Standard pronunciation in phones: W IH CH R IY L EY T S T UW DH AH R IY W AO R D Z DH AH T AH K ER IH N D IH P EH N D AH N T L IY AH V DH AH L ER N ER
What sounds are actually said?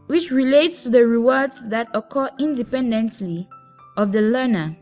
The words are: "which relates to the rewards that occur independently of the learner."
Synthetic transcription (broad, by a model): W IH CH R IY L EY T S T UW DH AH R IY W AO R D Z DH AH T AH K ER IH N D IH P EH N D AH N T L IY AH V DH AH L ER N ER